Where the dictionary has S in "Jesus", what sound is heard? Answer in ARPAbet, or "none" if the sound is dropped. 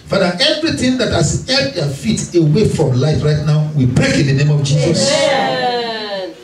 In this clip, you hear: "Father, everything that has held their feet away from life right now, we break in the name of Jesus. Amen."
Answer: S